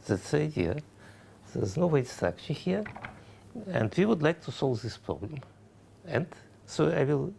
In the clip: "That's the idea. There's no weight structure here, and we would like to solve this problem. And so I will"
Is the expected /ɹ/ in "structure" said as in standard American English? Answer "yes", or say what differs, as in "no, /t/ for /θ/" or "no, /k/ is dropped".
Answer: no, /ɹ/ is dropped